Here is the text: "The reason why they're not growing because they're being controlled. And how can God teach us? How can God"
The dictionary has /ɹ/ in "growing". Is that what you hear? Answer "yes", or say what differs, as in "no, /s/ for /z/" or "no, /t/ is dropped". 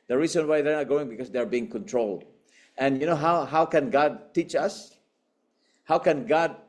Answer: no, /ɹ/ is dropped